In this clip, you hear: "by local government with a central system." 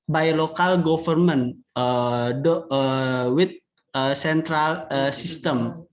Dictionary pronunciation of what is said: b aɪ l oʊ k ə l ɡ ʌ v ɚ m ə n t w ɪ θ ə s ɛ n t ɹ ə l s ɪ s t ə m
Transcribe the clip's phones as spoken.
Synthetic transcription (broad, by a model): b aɪ l oʊ k ə l ɡ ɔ f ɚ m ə n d w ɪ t ə s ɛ n t ɹ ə l s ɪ s t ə m